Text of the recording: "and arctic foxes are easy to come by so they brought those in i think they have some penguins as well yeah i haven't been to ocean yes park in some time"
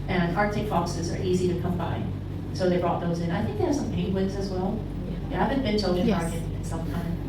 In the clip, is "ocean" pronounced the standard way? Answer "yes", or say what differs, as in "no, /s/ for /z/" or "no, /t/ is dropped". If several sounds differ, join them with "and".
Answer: no, /ʃ/ is dropped